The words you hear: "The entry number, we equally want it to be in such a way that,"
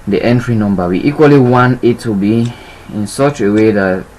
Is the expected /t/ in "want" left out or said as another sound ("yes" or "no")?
yes